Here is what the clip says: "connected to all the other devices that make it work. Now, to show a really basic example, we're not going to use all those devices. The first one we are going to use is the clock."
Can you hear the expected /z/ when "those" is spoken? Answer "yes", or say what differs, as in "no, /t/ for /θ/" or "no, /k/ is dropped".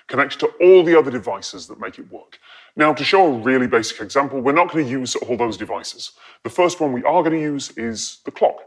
yes